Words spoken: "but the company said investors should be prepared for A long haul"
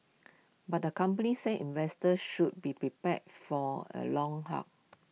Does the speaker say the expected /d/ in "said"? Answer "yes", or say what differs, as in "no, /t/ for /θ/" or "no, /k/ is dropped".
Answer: no, /d/ is dropped